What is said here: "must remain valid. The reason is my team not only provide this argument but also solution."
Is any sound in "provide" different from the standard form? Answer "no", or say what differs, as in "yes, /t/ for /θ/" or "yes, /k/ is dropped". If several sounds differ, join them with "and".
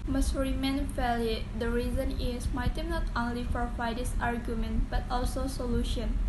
yes, /f/ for /p/